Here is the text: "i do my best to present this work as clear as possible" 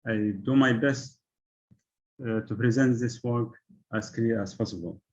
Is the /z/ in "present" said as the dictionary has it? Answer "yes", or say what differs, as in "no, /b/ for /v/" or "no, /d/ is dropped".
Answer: yes